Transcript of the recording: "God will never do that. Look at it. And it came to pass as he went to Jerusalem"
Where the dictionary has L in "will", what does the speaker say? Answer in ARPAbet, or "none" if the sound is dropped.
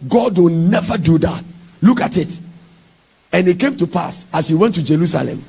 N